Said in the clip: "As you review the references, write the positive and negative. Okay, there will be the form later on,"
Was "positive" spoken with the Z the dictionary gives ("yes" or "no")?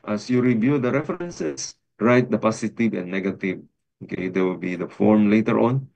no